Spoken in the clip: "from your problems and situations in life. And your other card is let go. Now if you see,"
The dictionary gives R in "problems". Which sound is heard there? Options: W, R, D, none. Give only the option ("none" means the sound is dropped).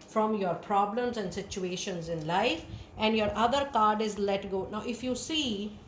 R